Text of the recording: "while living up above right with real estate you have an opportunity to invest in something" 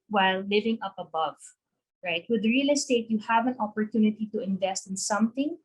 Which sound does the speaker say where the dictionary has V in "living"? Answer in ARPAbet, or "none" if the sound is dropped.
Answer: V